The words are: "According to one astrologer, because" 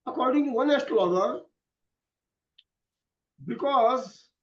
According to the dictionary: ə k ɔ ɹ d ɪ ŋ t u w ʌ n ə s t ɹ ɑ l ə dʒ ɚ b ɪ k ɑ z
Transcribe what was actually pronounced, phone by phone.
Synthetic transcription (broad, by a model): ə k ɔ ɹ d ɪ ŋ t u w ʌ n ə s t l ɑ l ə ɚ b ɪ k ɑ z